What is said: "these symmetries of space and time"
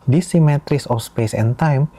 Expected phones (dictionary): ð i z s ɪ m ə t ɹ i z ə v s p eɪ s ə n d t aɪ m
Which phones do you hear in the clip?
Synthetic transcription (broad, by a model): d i s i m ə t ɹ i s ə f s p eɪ s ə n t aɪ m